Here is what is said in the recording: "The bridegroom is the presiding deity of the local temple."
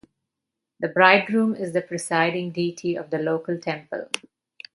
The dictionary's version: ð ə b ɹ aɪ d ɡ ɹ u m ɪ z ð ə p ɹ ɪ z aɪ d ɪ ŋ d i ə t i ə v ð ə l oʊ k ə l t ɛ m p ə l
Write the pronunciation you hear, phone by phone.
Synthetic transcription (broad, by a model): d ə b ɹ aɪ d ɹ u m ɪ z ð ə p ɹ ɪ s aɪ d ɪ ŋ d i t i ə v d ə l oʊ k ə l t ɛ m p ə l